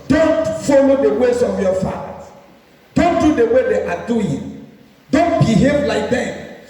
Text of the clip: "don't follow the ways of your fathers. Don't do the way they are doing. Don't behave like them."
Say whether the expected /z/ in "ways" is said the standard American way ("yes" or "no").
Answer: no